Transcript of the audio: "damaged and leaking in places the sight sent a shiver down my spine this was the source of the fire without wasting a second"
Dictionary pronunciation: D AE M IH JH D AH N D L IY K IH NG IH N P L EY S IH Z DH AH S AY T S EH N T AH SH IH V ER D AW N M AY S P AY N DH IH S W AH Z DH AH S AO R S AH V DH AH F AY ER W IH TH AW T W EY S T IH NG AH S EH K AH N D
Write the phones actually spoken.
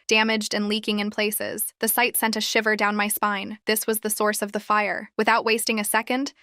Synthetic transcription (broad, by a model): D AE M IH JH D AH N L IY K IH NG IH N P L EY S IH Z DH AH S AY T S EH N T AH SH IH V ER D AW N M AY S P AY N DH IH S W AH Z DH AH S AO R S AH V DH AH F AY ER W IH TH AW T W EY S T IH NG AH S EH K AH N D